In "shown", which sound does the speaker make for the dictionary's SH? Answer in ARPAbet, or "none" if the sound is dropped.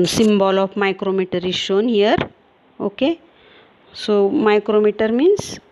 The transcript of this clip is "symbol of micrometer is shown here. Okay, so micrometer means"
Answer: SH